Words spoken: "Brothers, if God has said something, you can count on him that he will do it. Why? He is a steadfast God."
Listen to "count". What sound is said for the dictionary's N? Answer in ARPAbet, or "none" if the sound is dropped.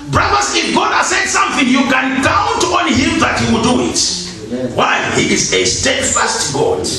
N